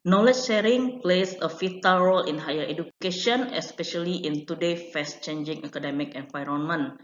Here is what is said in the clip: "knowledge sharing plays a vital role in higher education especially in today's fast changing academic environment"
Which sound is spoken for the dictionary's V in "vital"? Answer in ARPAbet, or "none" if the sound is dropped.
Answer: F